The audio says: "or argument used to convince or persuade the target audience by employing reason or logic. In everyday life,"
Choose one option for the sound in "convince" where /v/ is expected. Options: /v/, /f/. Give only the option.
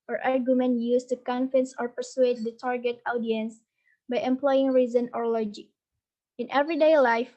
/f/